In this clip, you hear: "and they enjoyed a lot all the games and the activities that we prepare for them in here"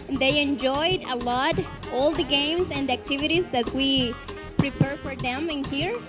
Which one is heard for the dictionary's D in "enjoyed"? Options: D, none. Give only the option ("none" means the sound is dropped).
D